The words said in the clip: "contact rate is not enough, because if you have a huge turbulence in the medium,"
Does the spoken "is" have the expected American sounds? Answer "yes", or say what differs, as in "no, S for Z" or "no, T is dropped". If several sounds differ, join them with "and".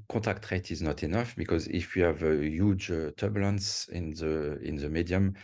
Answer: yes